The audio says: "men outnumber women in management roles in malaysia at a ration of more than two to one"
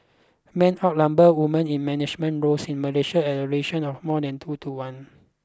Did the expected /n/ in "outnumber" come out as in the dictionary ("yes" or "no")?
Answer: no